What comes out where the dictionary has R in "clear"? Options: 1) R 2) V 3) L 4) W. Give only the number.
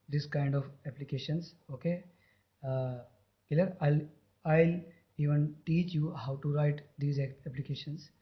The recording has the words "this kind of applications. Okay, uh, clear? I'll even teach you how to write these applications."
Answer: 3